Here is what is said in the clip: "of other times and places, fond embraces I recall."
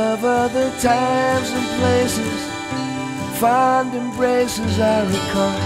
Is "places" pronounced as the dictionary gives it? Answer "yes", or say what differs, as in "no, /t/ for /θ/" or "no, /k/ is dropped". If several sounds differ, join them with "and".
yes